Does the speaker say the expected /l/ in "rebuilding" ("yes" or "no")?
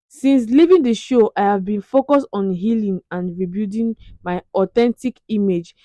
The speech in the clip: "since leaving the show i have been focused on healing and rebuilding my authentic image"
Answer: no